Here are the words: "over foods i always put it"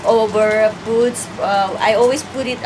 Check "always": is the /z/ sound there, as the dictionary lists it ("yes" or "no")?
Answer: no